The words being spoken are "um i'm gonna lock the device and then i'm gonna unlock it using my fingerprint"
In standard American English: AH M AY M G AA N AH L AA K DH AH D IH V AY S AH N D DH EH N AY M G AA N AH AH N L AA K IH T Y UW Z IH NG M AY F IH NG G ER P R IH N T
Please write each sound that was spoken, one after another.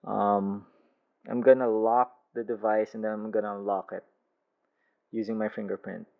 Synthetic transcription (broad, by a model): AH M AY M G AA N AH L AA K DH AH D IH V AY S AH N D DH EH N AY M G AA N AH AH L AA K IH T Y UW Z IH NG M AY F IH NG G ER P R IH N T